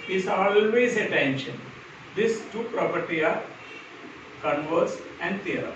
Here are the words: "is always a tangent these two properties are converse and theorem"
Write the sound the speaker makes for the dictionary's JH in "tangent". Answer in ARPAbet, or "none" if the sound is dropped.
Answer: SH